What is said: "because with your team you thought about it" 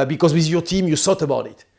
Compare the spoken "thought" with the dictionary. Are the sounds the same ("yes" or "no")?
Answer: no